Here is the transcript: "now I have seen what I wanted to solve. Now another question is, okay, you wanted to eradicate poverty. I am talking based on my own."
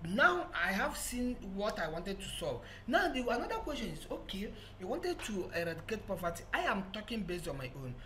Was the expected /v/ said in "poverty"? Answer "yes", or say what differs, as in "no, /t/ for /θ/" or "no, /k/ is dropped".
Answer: no, /p/ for /v/